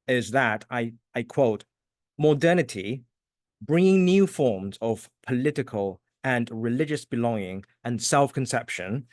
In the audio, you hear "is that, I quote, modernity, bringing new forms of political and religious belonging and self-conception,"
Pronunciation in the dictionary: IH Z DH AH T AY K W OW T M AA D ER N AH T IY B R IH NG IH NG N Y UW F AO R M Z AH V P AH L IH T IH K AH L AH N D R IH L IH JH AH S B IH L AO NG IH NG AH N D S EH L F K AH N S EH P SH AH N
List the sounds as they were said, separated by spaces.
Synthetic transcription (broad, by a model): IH Z DH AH T AY K W OW T M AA D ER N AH T IY B R IH NG IH NG N Y UW F AO R M Z AH V P AH L IH T IH K AH L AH N R IH L IH JH AH S B IH L AO NG IH NG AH N S EH L F K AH N S EH P SH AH N